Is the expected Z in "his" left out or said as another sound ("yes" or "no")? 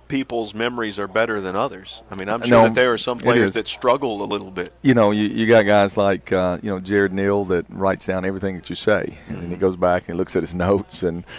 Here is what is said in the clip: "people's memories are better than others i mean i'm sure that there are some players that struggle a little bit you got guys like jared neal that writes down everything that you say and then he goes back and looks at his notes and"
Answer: no